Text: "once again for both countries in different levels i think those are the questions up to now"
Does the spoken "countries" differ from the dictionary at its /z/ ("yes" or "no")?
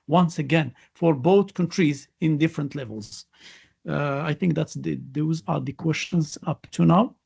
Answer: no